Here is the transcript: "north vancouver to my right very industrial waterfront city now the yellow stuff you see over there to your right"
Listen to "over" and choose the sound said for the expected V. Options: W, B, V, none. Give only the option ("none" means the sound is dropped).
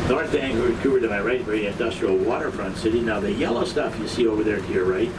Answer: V